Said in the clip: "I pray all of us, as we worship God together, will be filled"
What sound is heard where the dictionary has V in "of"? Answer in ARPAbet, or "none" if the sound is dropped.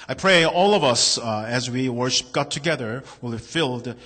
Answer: V